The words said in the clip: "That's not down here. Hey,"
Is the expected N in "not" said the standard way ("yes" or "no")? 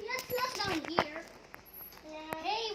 no